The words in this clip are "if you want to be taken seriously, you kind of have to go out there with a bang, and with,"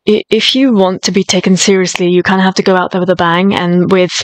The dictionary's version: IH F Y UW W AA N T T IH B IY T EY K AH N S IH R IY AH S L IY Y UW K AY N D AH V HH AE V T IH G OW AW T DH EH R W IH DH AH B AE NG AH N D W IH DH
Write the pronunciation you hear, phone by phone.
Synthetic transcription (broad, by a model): IH F Y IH W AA N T T IH B IY T EY K AH N S IH R IY AH S L IY Y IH K AY N D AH HH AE F T IH G OW AW T DH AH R W IH DH AH B AE NG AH N W IH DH